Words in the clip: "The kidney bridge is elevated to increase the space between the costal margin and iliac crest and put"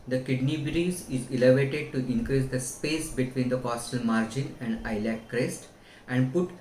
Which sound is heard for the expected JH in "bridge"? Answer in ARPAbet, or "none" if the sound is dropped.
Z